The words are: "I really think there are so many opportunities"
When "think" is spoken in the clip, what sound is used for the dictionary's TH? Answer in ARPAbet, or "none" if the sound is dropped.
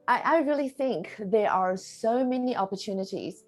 TH